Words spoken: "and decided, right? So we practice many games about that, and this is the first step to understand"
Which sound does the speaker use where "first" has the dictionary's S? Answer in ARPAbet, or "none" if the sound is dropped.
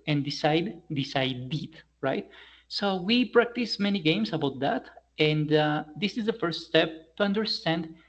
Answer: S